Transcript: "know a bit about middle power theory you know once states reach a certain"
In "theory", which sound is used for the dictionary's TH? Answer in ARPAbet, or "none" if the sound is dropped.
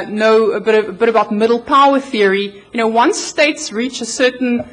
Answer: TH